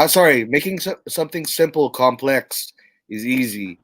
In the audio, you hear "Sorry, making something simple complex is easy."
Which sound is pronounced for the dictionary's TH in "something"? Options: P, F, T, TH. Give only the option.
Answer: TH